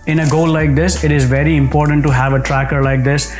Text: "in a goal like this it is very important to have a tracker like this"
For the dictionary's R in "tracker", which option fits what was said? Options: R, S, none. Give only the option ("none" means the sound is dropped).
R